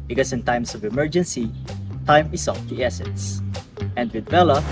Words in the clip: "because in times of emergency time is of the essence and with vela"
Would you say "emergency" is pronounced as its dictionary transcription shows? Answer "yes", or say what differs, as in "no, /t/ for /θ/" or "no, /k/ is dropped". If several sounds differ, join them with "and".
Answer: yes